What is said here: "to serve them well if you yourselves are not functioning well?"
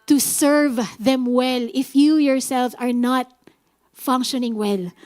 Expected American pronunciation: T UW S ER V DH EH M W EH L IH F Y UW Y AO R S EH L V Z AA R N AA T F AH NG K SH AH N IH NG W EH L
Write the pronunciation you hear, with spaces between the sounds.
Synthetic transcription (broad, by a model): T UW S ER V DH EH M W EH L IH F Y UW Y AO R S EH L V AA R N AA T F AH NG K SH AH N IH NG W EH L